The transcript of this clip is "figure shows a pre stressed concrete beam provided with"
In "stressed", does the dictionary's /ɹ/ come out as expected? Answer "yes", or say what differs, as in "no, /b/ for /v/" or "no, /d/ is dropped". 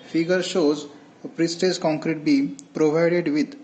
no, /ɹ/ is dropped